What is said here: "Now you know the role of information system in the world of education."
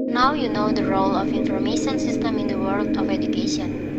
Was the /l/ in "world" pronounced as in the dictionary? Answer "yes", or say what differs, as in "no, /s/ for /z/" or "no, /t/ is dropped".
yes